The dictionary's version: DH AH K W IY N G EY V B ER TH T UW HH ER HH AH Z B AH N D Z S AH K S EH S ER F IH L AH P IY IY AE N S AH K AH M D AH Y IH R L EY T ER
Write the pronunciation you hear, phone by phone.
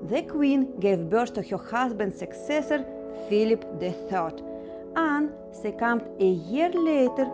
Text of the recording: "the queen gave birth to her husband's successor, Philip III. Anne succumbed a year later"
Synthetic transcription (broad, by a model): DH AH K W IY N G EY V B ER S T UW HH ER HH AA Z B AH N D S AH K S EH S ER F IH L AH P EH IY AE N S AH K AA M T AH Y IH R L EY T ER